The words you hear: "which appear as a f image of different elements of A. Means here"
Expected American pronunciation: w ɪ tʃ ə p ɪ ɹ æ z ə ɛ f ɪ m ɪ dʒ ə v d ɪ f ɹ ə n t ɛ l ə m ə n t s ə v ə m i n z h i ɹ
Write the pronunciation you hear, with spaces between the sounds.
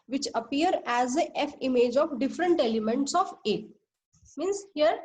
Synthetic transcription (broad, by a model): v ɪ tʃ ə p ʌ ɹ æ z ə ɛ f ɪ m ɪ dʒ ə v d ɪ f ɹ ə n t ɛ l ə m ə n t s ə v ə m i n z h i ɹ